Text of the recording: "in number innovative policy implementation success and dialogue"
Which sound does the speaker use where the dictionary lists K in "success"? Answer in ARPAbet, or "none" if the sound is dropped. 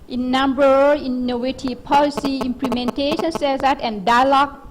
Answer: none